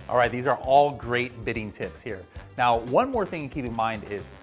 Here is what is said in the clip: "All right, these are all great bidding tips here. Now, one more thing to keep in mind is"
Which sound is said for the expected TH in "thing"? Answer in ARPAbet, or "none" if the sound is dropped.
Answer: TH